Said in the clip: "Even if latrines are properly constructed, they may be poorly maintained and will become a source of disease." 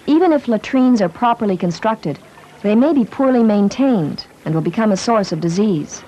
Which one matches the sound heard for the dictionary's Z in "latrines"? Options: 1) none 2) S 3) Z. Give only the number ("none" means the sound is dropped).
3